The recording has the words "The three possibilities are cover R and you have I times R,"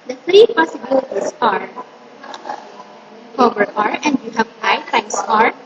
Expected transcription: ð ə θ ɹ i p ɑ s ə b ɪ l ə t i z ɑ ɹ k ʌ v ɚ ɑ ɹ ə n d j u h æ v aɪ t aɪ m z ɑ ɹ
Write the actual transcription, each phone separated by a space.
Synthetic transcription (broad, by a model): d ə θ ɹ i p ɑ s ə b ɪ l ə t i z ɑ ɹ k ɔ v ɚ ɑ ɹ ə n d j u h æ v aɪ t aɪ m s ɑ ɹ